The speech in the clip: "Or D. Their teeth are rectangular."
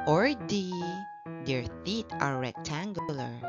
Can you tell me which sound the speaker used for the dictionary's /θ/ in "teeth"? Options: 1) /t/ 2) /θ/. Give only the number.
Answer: 1